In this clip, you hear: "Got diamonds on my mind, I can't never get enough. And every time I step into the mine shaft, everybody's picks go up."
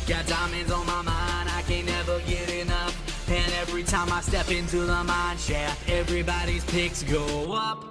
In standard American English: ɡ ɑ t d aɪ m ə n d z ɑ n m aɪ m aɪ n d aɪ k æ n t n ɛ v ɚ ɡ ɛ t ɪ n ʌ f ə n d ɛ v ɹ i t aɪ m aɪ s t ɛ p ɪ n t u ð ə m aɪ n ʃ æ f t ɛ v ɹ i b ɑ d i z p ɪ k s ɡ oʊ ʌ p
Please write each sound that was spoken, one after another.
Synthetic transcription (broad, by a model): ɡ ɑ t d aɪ m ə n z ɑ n m aɪ m aɪ n d aɪ k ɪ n n ɛ v ɚ ɡ ɛ t ɪ n ʌ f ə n ɛ v ɹ i t aɪ m aɪ s t ɛ p ɪ n t u ð ə m aɪ n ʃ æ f ɛ v ɹ i b ɑ d i z p ɪ k s ɡ oʊ ʌ p